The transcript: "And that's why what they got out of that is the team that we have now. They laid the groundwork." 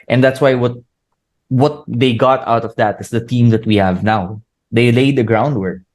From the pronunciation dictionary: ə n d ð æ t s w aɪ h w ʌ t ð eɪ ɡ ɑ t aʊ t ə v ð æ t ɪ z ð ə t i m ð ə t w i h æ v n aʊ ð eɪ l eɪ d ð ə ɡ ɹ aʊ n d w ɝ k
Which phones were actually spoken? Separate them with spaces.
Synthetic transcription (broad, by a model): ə n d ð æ t s w aɪ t w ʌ t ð eɪ ɡ ɑ t aʊ t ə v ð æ t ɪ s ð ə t i m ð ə t w i h æ v n aʊ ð eɪ l eɪ d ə ɡ ɹ aʊ n d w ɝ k